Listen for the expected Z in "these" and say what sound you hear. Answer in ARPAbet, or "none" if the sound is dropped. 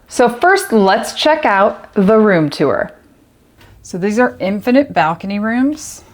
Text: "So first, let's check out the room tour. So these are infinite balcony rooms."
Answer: Z